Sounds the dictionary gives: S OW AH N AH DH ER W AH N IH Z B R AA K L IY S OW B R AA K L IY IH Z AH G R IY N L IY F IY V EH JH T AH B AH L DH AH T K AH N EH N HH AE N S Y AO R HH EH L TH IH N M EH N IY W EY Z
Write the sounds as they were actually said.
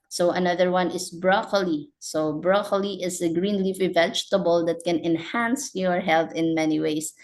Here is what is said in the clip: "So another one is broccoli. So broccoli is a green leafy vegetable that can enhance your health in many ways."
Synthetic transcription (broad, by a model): S OW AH N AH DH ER W AH N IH S B R AA K L IY S OW B R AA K L IY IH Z AH G R IY N L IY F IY V EH JH T AH B AH L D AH T K AH N EH N HH AE N S Y AO R HH EH L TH IH N M EH N IY W EY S